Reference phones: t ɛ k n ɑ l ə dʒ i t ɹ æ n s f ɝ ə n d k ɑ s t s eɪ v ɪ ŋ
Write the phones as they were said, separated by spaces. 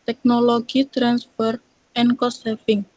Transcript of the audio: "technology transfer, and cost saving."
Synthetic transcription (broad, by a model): t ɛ k n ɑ l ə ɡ i t ɹ æ n s f ɝ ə n k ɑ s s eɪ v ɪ ŋ